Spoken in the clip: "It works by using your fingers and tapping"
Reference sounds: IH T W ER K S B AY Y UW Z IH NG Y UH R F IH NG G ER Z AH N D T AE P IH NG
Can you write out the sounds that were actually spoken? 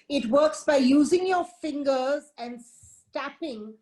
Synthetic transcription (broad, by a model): IH T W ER K S B AY Y UW Z IH NG Y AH F IH NG G ER Z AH N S T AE P IH NG